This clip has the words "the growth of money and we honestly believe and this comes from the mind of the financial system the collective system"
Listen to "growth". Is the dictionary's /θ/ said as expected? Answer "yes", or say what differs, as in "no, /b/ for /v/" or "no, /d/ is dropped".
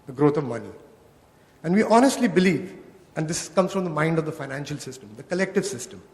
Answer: no, /t/ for /θ/